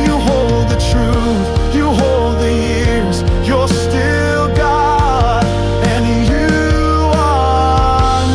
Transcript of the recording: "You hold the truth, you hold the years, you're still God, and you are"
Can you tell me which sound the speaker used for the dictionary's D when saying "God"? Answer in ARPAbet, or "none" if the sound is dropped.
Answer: none